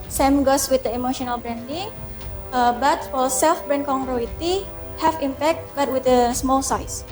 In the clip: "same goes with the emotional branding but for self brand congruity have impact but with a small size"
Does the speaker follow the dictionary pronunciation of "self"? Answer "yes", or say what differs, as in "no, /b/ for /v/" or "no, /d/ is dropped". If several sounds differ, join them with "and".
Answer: yes